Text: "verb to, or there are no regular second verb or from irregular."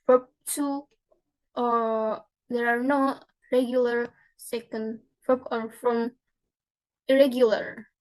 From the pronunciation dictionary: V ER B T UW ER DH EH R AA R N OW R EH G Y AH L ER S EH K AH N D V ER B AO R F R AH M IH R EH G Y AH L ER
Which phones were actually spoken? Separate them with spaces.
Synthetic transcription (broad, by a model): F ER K T UW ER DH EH R AA R N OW R EH G Y AH L ER S EH K AH N D F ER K AO R F R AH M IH R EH G Y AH L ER